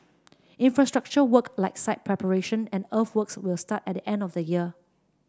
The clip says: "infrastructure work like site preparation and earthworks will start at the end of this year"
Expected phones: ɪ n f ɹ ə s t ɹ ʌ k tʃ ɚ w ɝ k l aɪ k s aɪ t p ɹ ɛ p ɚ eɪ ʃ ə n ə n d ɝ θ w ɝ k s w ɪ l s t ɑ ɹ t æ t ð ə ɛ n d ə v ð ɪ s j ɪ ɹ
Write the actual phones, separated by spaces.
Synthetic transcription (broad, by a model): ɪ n f ɹ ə s t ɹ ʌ k tʃ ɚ w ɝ k l aɪ k s aɪ t p ɹ ɛ p ɚ eɪ ʃ ə n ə n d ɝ f w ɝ k s w ɪ l s t ɑ t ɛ t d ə ɛ n d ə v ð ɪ j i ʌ